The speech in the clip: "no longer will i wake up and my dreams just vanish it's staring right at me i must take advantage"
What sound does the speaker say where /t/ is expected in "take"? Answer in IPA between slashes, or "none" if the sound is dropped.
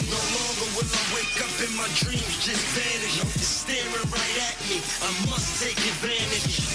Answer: /t/